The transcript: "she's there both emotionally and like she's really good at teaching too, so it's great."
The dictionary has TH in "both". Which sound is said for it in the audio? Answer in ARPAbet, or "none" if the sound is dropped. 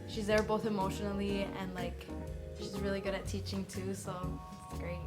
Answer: TH